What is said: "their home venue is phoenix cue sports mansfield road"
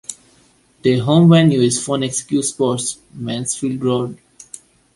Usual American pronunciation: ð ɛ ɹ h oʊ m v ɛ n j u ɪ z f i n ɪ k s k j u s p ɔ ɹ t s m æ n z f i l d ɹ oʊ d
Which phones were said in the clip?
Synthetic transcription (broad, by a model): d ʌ h oʊ m v ɛ n j u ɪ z f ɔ n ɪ k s k j u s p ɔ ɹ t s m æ n s f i l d ɹ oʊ d